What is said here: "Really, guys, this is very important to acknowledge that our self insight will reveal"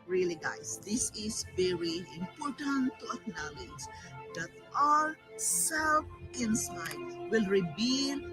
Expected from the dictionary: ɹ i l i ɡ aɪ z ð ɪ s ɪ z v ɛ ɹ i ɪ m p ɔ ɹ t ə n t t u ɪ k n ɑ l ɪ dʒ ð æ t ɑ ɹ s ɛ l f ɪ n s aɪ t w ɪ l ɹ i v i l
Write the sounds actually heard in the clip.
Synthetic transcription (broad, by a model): ɹ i l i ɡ aɪ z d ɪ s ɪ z v ɛ ɹ i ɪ m p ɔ ɹ t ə n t t u ɪ k n ɑ l ɪ dʒ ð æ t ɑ l s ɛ l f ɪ n s aɪ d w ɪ l ɹ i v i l